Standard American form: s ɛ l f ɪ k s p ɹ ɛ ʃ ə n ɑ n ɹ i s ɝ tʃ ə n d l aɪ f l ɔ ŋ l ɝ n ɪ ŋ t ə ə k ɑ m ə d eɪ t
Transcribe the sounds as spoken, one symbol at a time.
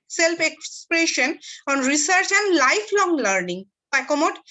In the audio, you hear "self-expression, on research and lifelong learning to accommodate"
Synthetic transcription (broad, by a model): s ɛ l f ɪ k s p ɹ ɛ ʃ ə n ɑ n ɹ i s ɝ tʃ ə n d l aɪ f l ɔ ŋ l ɝ n ɪ ŋ s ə k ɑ m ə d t